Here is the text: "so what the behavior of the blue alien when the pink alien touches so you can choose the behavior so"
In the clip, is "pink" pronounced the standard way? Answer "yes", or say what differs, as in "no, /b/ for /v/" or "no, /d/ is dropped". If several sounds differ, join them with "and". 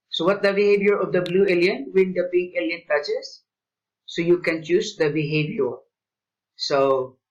no, /b/ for /p/